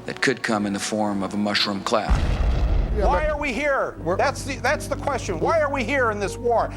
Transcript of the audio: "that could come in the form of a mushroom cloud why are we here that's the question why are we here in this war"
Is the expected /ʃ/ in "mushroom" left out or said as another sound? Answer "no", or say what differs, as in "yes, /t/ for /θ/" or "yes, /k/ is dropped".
no